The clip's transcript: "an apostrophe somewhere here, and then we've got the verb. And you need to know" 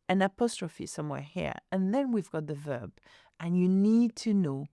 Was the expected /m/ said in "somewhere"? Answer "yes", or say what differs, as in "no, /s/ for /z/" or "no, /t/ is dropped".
yes